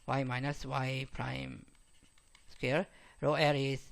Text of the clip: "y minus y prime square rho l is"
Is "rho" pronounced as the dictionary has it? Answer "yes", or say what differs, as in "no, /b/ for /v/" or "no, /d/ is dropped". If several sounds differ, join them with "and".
yes